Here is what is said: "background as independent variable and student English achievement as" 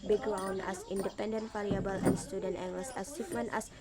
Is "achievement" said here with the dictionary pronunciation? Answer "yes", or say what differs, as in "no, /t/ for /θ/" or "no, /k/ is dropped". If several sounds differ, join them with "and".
no, /s/ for /tʃ/